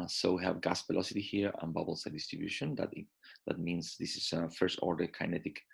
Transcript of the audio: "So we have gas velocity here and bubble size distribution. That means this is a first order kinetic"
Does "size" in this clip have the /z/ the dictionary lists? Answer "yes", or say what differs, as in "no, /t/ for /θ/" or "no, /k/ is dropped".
no, /z/ is dropped